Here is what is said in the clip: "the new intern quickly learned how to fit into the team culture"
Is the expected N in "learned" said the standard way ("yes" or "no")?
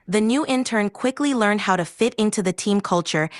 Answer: yes